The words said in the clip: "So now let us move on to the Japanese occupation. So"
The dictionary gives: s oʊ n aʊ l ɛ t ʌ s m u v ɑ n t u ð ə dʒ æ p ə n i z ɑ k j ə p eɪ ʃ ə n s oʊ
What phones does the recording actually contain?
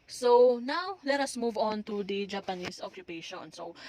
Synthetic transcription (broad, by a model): s oʊ n aʊ l ɛ t ʌ s m u v ɑ n t u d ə dʒ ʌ p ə n i s ɑ k j ə p eɪ ʃ ə n s oʊ